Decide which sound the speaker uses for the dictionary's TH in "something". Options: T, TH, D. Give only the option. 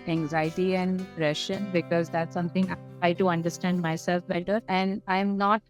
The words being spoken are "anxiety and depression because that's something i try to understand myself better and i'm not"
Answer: T